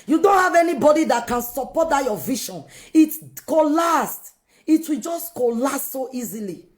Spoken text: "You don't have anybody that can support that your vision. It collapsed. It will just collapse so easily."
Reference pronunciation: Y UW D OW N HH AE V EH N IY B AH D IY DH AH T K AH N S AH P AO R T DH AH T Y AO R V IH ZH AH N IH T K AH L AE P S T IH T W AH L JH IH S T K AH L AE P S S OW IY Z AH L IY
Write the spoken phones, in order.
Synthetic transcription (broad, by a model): Y UW D OW N HH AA V EH N IY B AH D IY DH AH T K AH N S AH P AO T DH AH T Y AO V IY SH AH N IH T K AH L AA S T IH T W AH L JH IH S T K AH L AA S S OW IY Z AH L IY